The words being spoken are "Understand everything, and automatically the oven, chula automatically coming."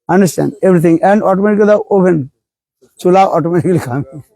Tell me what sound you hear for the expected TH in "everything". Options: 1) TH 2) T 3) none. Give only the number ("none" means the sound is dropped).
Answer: 2